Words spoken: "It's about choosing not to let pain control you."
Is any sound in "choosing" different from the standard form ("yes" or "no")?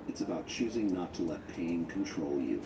no